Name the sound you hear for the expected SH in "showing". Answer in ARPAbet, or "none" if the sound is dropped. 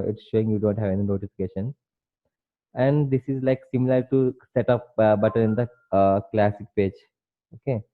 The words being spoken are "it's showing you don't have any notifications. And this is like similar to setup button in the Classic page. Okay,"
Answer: SH